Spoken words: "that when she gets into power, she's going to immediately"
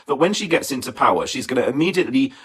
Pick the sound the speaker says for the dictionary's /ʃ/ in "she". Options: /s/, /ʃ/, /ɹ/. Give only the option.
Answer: /ʃ/